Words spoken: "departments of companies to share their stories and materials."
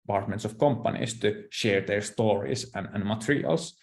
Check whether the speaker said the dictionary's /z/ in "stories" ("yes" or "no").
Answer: no